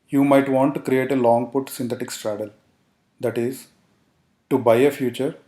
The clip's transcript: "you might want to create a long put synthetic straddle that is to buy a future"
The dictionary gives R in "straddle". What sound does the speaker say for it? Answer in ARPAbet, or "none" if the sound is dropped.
R